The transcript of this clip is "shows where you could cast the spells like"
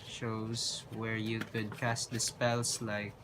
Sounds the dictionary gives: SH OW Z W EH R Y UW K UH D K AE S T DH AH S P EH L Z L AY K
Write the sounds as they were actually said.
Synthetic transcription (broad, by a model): SH OW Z W EH R Y UW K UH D K AE S T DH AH S P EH L S L AY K